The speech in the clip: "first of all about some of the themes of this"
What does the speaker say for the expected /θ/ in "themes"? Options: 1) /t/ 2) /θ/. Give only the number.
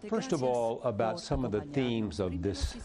2